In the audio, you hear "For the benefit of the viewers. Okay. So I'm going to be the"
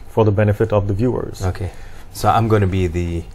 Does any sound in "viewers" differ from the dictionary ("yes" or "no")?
no